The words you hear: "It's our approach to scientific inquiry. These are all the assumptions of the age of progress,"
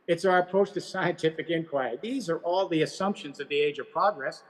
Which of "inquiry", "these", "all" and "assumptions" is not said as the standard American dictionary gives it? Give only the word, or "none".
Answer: none